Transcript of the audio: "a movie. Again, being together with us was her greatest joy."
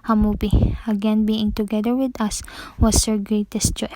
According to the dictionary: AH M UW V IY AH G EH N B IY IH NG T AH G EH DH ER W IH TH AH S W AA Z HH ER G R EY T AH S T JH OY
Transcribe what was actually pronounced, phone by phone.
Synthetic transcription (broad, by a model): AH M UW P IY AH G EH N B IY IH NG T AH G EH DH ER W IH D AH S W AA S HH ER G R EY T AH S T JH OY